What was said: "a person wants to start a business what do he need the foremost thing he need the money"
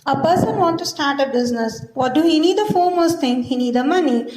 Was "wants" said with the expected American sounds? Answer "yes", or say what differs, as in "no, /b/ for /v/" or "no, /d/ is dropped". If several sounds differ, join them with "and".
no, /s/ is dropped